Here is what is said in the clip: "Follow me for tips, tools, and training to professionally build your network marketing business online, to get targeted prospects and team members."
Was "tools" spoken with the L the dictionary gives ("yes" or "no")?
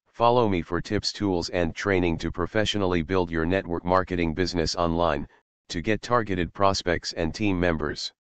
yes